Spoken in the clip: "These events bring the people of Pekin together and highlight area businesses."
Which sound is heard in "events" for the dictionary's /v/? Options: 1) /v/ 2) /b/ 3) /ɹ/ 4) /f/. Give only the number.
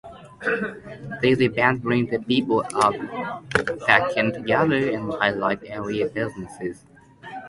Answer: 2